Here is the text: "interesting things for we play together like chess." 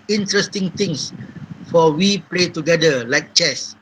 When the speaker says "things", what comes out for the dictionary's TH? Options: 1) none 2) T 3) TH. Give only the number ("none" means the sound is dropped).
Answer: 2